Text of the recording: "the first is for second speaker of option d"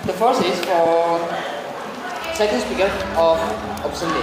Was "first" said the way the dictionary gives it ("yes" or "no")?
no